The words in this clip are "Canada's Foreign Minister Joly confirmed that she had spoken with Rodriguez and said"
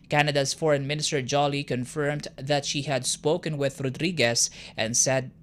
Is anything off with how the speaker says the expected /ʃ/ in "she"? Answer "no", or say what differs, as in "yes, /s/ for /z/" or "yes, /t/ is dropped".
no